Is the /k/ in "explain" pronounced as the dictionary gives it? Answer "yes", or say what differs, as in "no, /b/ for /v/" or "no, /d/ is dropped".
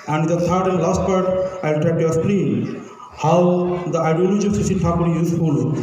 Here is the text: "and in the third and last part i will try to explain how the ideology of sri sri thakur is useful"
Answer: no, /k/ is dropped